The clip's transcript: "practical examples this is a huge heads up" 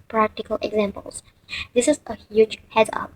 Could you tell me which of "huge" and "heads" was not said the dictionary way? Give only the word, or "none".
heads